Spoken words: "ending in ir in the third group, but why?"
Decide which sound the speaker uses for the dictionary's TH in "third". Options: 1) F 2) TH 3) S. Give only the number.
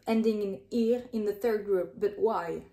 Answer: 2